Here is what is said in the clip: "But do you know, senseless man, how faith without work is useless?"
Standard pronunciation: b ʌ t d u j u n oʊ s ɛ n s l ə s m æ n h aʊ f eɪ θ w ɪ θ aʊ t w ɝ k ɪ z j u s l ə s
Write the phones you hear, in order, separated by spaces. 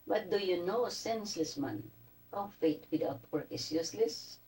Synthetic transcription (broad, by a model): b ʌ t d u j u n oʊ s ɛ n s l ə s m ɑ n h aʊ f eɪ t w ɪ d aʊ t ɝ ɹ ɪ s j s l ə s